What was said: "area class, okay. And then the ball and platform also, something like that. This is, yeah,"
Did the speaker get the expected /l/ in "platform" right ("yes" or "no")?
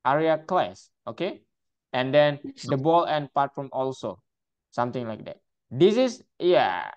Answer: no